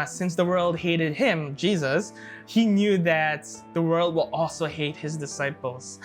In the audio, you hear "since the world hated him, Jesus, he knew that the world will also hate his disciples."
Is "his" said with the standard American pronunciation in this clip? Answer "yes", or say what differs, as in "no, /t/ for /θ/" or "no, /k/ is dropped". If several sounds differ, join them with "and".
yes